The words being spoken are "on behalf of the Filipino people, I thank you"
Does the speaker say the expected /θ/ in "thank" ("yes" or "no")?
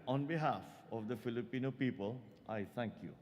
no